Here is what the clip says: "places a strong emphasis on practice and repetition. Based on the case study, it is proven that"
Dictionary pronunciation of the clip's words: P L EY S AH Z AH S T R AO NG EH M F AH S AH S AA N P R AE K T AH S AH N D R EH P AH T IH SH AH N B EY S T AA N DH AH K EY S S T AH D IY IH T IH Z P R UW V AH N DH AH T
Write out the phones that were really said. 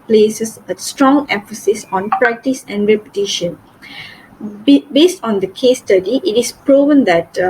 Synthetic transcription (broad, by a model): P L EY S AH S AH S T R AO NG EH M F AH S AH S AA N P R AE K T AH S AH N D R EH P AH T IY SH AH N B EY S T AA N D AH K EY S S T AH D IY IH T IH S P R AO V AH N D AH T